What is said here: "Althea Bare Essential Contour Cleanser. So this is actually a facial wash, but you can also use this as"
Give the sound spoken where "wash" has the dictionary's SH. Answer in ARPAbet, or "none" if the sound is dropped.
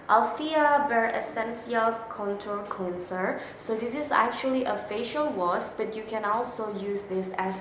S